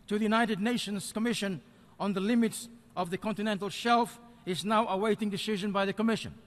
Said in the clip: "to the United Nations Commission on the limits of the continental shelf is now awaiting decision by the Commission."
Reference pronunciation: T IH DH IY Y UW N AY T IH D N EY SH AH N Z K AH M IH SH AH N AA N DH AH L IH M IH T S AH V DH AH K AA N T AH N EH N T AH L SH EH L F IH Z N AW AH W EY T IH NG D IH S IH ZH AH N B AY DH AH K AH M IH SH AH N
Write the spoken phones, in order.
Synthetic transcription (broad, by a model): T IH DH IY Y UW N AY T IH D N EY SH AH N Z K AH M IH SH AH N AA N DH AH L IH M IH T S AH V DH AH K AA N T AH N EH N T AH L SH EH L F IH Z N AW AH W EY T IH NG D IH S IH ZH AH N B AY DH AH K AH M IH SH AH N